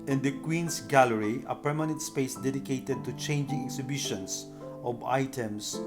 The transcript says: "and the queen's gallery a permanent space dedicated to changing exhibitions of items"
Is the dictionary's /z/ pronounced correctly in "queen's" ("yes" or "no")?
no